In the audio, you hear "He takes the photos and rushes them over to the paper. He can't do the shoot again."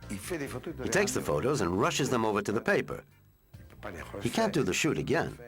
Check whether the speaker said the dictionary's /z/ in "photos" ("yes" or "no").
yes